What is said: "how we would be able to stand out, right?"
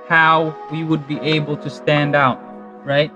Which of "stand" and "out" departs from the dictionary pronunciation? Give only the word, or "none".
none